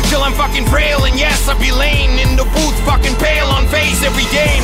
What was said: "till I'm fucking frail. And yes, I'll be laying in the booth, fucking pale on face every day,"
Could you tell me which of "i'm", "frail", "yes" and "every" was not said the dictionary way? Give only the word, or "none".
frail